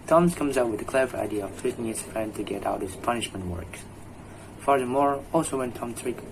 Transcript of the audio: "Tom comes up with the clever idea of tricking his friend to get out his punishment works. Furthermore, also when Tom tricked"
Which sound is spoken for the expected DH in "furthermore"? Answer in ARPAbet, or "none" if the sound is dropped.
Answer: DH